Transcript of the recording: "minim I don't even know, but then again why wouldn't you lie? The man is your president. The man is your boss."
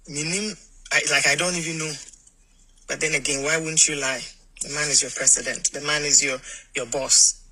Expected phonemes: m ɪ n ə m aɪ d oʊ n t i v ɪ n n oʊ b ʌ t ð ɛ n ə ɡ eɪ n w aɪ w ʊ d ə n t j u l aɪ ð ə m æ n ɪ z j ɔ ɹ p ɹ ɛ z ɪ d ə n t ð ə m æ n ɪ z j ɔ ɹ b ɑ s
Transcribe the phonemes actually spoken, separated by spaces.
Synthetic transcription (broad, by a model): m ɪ n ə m aɪ d oʊ n t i v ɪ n n oʊ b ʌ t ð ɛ n ə ɡ eɪ n w aɪ w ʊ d n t j u l aɪ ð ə m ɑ n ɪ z j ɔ p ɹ ɛ s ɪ d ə n t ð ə m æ n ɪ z j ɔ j b ɑ s